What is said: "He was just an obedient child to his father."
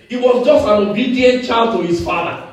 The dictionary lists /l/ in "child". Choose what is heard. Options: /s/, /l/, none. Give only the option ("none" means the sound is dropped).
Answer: /l/